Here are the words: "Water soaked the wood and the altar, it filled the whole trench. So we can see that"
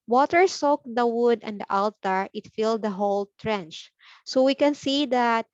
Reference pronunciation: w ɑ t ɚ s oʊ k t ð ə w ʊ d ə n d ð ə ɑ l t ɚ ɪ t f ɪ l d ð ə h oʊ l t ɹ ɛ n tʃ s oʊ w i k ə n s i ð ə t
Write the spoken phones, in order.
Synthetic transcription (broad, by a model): w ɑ t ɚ s oʊ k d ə w ʊ d ə n d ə ɑ l t ɚ ɪ t f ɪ l d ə h oʊ l t ɹ ɛ n tʃ s oʊ w i k ə n s i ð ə t